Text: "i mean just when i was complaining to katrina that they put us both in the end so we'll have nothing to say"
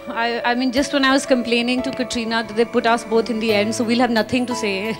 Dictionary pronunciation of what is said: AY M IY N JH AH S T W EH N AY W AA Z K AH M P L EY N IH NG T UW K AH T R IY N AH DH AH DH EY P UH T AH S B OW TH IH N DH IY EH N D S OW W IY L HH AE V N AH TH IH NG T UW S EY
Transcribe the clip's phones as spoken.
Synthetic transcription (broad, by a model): AY M IY N JH AH S T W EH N AY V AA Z K AH M P L EY N IH NG T UW K AH T R IY N AH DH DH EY P UH T AH S B OW T IH N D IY EH N D S OW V IY L HH AE V N AH T IH NG T UW S EY